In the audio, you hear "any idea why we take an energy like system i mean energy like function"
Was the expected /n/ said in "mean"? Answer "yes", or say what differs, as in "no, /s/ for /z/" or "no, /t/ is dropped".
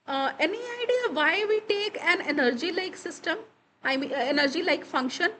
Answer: no, /n/ is dropped